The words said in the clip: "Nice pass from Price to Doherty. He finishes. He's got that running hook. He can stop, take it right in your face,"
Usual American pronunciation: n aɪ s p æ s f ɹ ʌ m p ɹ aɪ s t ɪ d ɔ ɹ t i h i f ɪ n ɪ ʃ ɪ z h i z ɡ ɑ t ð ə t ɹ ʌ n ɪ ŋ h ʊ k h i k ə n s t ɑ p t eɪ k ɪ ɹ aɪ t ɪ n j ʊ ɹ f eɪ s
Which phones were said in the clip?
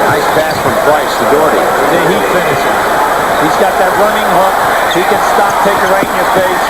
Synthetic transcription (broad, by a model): aɪ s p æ s f ɹ ʌ m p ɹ aɪ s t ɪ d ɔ ɹ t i h i f ɪ n ɪ ʃ ɪ z h i z ɡ ɑ t ð ə t ɹ ʌ n ɪ ŋ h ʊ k h i k ə n s t ɑ p t eɪ k ɪ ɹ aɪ ɪ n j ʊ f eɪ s